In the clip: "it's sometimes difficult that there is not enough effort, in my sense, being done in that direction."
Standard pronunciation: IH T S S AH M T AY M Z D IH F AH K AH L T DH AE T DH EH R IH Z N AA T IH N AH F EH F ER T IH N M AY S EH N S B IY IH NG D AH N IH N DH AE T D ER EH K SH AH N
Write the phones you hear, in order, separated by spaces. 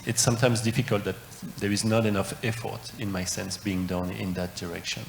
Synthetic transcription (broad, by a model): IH T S S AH M T AY M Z D IH F AH K AH L T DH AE T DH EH R IH Z N AA T IH N AH F EH F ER T IH N M AY S EH N S B IY IH NG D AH N IH N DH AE T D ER EH K SH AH N